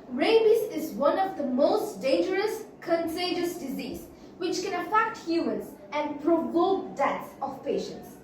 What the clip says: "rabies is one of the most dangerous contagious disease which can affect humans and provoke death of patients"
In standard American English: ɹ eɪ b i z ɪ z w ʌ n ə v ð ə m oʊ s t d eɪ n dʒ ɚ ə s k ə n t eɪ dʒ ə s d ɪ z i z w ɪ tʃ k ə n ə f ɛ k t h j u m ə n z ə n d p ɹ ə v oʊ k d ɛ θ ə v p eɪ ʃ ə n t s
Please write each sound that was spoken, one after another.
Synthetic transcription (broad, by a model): ɹ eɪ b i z ɪ z w ʌ n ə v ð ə m oʊ s t d eɪ n dʒ ɚ ə s k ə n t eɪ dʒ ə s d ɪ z i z w ɪ tʃ k ə n ə f ɛ k t h j u m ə n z ə n d p ɹ ə v oʊ k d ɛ s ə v p eɪ ʃ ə n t s